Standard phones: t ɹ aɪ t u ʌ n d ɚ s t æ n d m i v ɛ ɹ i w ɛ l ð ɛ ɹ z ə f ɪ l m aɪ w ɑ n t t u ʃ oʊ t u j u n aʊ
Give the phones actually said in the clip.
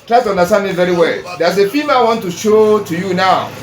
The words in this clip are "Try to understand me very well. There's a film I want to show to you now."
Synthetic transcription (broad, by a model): t ɹ aɪ t u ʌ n d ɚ s t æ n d m i v ɛ ɹ i w ɛ l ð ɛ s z ə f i m aɪ w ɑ n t t u ʃ oʊ t u j u n aʊ